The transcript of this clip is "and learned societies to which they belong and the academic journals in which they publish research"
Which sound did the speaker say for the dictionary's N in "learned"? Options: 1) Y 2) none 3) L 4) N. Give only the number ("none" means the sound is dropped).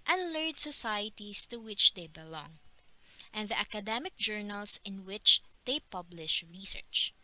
2